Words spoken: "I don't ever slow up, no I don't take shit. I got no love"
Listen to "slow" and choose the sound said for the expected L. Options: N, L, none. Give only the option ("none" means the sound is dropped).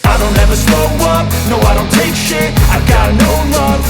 none